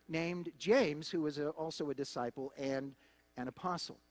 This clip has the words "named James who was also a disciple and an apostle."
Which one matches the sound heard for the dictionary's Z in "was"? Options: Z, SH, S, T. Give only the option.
Z